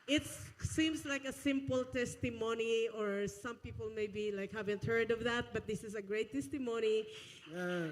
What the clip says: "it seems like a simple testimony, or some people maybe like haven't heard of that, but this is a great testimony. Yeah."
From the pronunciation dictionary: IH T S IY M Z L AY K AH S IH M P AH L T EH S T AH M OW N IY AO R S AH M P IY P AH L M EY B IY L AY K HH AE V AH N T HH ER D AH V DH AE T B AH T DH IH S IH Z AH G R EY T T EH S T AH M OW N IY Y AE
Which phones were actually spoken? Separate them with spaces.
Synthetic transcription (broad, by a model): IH T S IY M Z L AY K AH S IH M P AH L T EH S T AH M OW N IY AO R S AH M P IY P AH L M EY B IY L AY K HH AE V AH N T HH ER D AH V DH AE T B AH T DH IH S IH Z AH G R EY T T EH S T AH M OW N IY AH